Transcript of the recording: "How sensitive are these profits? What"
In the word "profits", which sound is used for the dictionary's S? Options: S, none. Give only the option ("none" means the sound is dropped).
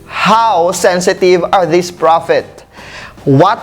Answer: none